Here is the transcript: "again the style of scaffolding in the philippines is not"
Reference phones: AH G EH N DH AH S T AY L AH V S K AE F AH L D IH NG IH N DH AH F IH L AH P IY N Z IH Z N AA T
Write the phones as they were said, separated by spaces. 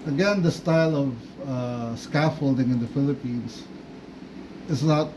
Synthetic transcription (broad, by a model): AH G EH N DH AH S T AY L AH V S K AE F AH L D IH NG IH N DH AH F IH L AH P IY N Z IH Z N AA T